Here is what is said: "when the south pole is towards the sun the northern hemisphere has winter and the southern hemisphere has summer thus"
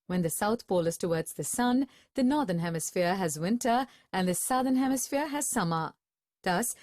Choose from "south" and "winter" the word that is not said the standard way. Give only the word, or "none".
none